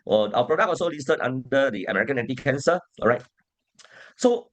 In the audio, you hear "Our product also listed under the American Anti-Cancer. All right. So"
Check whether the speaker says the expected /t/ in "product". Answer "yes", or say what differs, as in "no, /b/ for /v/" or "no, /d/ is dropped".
no, /t/ is dropped